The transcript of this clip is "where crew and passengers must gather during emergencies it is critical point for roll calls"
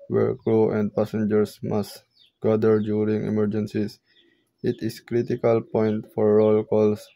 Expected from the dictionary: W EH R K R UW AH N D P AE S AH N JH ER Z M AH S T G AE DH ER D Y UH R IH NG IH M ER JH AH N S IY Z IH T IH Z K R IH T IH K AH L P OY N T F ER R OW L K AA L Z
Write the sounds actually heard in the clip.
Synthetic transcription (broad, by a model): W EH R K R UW AH N D P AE S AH N JH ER S M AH S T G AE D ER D Y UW R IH NG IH M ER JH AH N S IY S IH T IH S K R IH T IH K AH L P OY N T F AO R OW L K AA L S